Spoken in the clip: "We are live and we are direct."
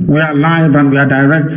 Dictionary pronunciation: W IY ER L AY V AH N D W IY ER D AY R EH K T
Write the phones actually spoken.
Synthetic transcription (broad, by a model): W IY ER L AY V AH N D W IY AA D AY R EH K T